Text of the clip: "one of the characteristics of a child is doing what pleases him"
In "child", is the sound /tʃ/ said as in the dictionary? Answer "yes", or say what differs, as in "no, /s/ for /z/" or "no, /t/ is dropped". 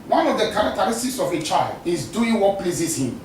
yes